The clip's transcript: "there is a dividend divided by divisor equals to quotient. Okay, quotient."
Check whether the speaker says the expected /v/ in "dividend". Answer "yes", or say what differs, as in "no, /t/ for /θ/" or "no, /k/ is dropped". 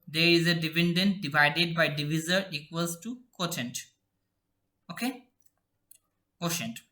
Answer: no, /p/ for /v/